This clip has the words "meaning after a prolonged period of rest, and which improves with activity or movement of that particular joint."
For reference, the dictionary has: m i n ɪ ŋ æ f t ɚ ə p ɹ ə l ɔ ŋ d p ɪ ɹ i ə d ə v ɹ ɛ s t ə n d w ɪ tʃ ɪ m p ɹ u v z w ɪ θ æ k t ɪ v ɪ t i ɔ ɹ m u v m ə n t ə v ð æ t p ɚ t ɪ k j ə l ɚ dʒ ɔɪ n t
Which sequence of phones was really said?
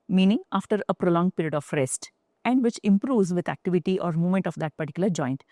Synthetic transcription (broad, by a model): m i n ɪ ŋ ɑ f t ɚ ə p ɹ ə l ɔ ŋ p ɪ ɹ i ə d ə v ɹ ɛ s t ə n d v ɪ tʃ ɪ m p ɹ u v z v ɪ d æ k t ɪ v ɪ t i ɔ ɹ m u m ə n t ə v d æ t p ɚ t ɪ k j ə l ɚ dʒ ɔɪ n t